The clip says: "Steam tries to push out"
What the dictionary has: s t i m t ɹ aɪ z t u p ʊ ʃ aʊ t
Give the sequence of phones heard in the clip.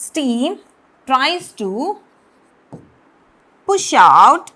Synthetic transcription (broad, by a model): s t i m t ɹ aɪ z t u p ʊ ʃ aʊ t